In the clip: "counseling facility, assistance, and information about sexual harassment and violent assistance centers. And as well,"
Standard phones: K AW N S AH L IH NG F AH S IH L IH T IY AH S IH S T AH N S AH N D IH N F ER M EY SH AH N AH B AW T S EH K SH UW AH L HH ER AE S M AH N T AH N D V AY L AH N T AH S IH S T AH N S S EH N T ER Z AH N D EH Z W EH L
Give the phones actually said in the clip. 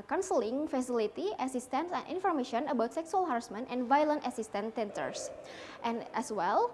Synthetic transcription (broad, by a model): K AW N S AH L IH NG F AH S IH L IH T IY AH S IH S T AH N S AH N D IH N F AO M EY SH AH N AH B AW T S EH K S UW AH L HH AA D S M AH N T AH N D V AY L AH N T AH S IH S T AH N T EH N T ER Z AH N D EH S W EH L